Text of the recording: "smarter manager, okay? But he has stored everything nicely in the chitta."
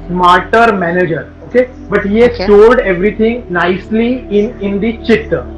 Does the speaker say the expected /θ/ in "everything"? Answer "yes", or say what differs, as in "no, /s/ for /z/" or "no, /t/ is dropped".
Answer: no, /t/ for /θ/